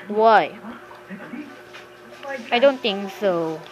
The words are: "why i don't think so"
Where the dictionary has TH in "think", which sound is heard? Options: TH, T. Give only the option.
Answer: T